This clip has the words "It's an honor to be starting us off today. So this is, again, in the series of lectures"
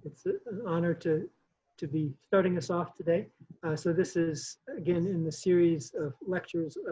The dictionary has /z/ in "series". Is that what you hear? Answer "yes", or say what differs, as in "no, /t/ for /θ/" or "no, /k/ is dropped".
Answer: yes